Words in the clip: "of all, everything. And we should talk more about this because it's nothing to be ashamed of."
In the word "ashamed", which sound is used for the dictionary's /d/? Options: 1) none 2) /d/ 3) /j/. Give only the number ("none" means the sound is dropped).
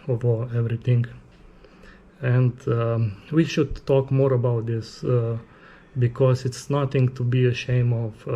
1